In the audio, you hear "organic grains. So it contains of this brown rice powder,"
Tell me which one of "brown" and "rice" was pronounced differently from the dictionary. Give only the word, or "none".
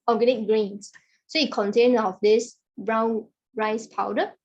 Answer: none